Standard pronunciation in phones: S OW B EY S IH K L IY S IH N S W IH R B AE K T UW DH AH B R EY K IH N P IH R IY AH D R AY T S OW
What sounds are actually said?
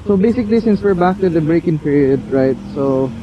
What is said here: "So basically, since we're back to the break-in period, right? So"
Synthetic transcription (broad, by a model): S OW B EY S IH K L IY S IH N S W IH R B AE K T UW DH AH B R EY K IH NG P IH R IY AH D R AY T S OW